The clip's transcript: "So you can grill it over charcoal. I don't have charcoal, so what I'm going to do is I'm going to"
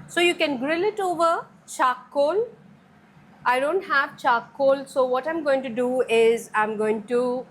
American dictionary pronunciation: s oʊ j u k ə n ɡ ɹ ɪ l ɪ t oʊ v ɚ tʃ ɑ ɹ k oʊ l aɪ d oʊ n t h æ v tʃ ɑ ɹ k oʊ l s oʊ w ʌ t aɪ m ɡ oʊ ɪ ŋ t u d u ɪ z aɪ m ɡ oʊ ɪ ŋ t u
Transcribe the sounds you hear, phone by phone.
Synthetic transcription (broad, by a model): s oʊ j u k ə n ɡ ɹ ɪ l ɪ t oʊ v ɚ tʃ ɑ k oʊ l aɪ d oʊ n t h æ v tʃ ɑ k oʊ l s oʊ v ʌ t aɪ m ɡ oʊ ɪ ŋ t u d u ɪ z aɪ m ɡ oʊ ɪ ŋ t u